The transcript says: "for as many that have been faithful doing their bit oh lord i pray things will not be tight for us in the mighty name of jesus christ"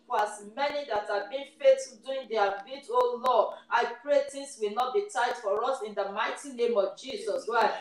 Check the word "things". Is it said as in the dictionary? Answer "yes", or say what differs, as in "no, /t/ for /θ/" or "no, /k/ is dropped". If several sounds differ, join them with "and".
no, /t/ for /θ/